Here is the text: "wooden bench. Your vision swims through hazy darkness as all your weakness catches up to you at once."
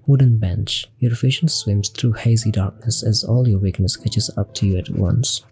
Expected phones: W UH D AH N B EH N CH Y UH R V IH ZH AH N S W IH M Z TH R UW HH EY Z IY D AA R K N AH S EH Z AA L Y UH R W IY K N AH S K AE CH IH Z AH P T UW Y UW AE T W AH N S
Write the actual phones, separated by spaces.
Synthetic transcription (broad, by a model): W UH D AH N B EH N CH Y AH R F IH SH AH N S W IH M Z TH R UW HH EY Z IY D AA R K N AH S EH Z AA L Y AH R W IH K N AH S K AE CH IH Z AH P T UW Y UW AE T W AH N S